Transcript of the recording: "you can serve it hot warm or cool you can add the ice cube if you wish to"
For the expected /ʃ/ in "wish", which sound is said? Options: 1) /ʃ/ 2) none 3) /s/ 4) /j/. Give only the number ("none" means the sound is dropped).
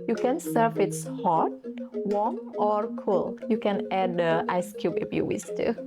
3